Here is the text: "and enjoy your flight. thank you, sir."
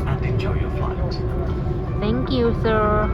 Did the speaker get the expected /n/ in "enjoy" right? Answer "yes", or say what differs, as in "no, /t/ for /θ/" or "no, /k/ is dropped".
no, /n/ is dropped